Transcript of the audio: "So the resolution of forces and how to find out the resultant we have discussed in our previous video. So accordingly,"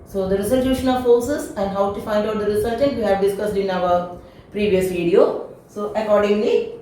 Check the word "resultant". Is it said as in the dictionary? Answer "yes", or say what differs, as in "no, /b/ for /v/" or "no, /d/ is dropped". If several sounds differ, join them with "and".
no, /s/ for /z/ and /l/ is dropped